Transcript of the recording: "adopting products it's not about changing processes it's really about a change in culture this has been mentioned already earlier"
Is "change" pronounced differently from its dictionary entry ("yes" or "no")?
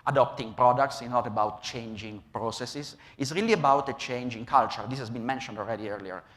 no